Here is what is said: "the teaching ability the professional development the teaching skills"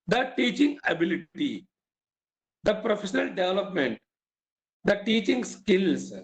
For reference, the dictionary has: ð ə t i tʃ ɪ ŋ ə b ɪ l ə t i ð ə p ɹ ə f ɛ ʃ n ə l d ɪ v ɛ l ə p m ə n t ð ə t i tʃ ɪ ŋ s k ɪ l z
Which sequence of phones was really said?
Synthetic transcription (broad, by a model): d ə t i tʃ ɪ ŋ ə b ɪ l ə t i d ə p ɹ ə f ɛ ʃ n ə l d ɪ v ɛ l ə p m ə n t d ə t i tʃ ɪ ŋ s k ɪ l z